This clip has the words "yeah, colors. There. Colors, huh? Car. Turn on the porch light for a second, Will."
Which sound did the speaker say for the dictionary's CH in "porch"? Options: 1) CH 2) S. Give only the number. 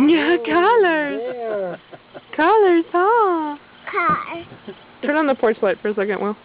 2